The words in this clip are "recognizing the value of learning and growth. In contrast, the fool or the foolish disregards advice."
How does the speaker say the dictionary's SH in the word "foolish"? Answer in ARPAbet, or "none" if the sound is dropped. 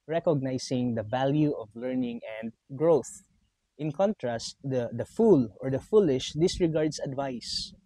SH